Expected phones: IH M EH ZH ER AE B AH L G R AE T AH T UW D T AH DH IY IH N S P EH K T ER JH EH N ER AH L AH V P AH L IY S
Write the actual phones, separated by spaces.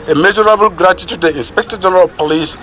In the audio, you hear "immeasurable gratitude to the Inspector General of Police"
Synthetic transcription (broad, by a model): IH M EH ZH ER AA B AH L G R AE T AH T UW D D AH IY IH N S P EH K T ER JH EH N ER AH L P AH L IY S